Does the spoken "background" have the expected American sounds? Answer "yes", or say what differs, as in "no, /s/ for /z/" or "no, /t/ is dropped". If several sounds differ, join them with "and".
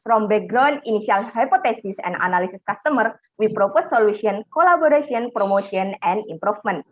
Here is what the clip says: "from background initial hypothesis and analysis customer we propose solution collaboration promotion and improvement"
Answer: no, /k/ is dropped and /d/ is dropped